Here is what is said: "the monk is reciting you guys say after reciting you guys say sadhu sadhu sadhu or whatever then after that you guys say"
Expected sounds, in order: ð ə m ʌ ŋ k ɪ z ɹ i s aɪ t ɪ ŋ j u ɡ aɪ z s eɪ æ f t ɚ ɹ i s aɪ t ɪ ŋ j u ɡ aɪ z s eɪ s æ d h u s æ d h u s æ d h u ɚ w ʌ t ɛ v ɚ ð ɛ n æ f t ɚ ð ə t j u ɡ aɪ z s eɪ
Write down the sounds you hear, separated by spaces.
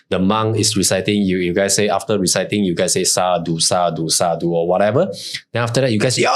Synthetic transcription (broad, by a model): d ə m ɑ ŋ ɪ s ɹ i s aɪ t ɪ ŋ j u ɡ aɪ s eɪ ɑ f t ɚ ɹ i s aɪ t ɪ ŋ j u ɡ aɪ s eɪ s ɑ d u s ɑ d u s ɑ d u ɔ w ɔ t ɛ v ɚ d ɛ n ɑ f t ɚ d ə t j u ɡ aɪ s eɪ